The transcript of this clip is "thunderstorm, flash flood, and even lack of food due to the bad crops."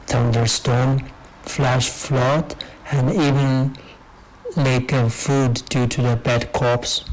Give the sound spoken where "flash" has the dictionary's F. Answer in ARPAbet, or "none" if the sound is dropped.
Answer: F